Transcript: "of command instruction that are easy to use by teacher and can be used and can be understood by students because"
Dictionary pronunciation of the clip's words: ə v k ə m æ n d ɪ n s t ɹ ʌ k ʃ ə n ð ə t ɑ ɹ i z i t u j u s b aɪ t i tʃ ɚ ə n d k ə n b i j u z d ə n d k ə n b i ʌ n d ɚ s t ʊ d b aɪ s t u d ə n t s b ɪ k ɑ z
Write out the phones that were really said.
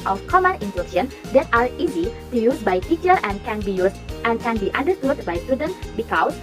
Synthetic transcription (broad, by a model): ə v k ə m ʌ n ɪ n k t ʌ ʃ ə n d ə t ɑ ɹ i z i t u j u s b aɪ t i tʃ ɚ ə n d k ə n b i j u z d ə n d k ə n b i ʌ n d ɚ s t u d b aɪ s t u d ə n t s b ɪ k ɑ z